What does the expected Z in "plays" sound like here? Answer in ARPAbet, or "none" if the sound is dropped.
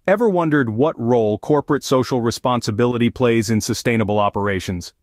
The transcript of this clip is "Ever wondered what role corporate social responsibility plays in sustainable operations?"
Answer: Z